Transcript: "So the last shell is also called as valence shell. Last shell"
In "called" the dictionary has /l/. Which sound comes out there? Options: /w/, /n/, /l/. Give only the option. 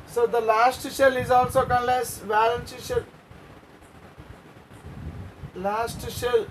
/n/